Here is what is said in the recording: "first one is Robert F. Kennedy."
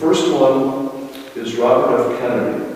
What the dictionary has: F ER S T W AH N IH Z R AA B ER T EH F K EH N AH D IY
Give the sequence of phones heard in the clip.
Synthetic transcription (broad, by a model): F ER S T W AH N IH Z R AA B ER T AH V K EH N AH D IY